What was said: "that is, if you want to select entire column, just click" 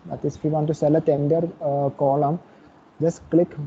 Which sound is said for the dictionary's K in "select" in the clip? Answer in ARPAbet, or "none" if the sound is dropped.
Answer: none